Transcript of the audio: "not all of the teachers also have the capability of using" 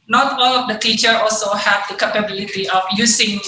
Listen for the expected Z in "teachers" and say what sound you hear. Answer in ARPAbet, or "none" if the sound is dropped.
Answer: none